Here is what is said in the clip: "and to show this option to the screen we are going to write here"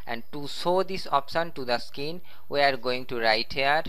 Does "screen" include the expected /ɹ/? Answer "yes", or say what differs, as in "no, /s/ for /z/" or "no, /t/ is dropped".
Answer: no, /ɹ/ is dropped